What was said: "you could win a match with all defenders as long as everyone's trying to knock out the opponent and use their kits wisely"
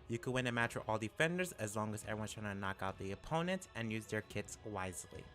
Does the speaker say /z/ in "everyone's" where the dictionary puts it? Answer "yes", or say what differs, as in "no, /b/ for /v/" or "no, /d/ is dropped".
no, /z/ is dropped